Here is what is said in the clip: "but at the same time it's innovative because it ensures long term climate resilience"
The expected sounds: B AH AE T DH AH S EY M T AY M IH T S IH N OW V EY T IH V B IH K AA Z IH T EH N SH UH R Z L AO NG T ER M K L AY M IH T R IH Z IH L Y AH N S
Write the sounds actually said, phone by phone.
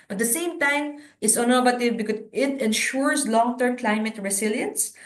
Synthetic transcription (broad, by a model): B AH T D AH S EY M T AY M IH T S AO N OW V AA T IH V B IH K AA IH T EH N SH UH R S L AO NG T ER M K L AY M IH T R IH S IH L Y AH N S